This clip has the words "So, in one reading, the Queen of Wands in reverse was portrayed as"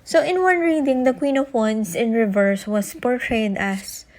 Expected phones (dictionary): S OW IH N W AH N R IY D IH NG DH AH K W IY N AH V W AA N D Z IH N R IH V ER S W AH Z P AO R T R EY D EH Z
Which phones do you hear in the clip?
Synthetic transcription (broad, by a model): S OW IH N W AH N R IY D IH NG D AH K W IY N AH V W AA N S IH N R IH V ER S W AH S P AO R T R EY D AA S